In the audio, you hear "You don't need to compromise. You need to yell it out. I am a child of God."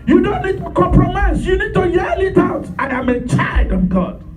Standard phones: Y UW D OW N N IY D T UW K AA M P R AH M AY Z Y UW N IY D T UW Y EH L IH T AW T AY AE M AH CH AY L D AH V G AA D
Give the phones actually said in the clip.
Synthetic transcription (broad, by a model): Y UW D OW N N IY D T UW K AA M P R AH M AY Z Y UW N IY D T UW Y EH L IH T AW T AY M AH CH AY D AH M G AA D